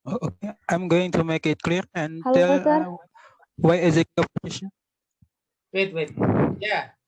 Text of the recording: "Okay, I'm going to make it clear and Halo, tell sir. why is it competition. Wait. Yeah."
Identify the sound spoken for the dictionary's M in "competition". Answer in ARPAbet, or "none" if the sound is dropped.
none